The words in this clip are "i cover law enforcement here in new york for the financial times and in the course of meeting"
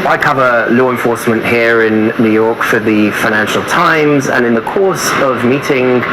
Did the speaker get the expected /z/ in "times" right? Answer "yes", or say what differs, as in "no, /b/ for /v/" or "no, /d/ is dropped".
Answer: yes